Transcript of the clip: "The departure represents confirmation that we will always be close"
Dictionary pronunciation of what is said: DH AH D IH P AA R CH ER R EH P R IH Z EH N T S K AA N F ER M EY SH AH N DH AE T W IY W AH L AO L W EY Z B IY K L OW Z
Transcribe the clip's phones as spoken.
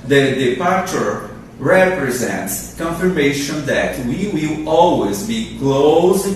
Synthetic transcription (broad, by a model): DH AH D IH P AA R CH ER R EH P R IH Z EH N T S K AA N F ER M EY SH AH N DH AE T W IY W AH L AO L W EY Z B IY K L OW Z